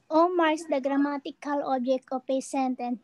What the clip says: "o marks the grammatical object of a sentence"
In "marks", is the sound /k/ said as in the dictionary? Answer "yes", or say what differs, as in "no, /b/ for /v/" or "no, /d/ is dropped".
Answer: no, /k/ is dropped